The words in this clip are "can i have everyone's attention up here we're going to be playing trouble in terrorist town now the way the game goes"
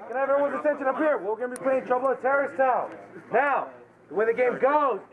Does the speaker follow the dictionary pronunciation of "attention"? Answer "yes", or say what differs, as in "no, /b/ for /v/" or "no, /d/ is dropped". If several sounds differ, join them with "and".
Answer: no, /s/ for /t/